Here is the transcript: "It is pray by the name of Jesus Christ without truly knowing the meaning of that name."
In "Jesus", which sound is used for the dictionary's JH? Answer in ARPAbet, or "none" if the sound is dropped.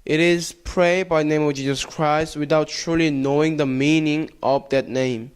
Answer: JH